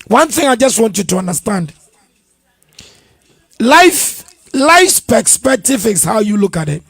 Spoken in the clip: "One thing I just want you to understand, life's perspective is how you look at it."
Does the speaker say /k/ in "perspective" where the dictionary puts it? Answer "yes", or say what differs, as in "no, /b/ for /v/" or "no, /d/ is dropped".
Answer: no, /k/ is dropped